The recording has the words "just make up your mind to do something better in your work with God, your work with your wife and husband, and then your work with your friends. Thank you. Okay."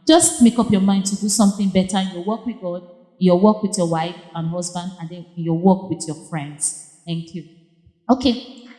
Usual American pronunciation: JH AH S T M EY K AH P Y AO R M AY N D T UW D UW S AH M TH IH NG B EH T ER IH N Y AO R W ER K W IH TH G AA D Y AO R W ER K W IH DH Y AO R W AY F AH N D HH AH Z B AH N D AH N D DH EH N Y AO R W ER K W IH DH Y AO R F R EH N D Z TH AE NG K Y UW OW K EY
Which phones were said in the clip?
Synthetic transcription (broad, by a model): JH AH S T M EY K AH P Y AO M AY N D T UW D UW S AH M TH IH NG B EH T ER IH N Y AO W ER K W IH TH G AA D Y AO W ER K W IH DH Y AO W AY F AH N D HH AH Z B AH N D AH N D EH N Y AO W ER K W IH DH Y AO F R EH N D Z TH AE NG K Y UW OW K EY